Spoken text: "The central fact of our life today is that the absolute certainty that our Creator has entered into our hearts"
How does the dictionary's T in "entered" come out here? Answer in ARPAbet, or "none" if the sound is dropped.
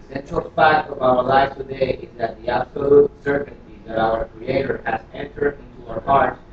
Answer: T